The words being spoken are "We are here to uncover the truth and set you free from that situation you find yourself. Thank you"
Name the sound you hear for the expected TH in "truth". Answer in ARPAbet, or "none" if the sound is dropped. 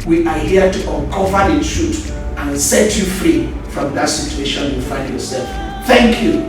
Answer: T